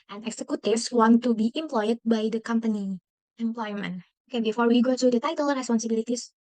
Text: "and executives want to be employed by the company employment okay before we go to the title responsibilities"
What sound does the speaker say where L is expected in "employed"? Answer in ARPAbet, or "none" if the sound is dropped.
L